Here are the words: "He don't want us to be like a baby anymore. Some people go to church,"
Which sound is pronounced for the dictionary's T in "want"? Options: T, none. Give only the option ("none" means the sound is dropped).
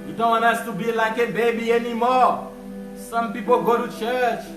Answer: none